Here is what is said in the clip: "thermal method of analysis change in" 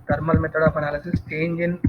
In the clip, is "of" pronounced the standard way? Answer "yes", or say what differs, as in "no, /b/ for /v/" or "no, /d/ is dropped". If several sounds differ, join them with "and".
no, /p/ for /v/